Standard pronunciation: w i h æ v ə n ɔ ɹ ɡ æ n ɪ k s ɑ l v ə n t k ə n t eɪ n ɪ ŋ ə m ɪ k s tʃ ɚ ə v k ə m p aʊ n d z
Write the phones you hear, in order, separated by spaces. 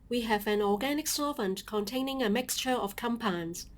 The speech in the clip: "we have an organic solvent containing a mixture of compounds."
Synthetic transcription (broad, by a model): w i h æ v ə n ɔ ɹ ɡ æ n ɪ k s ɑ v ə n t k ə n t eɪ n ɪ ŋ ə m ɪ k s tʃ ɚ ə v k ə m p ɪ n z